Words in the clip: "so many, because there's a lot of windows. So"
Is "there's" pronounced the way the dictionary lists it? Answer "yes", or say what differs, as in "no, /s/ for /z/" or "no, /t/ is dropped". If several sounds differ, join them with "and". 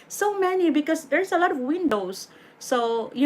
no, /s/ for /z/